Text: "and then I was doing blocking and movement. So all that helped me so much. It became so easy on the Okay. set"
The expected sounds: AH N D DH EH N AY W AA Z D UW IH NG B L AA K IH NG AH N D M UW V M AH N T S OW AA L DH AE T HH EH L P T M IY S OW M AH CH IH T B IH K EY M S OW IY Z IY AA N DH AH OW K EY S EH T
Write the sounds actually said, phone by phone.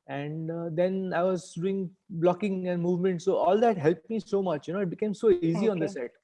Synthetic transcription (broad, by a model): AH N D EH N AY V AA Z D UW IH NG B L AA K IH NG AH N D M UW V M AH N T S OW AA L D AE T HH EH L P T M IY S OW M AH CH IH T B IH K EY M S OW IY Z IY AA N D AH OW S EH T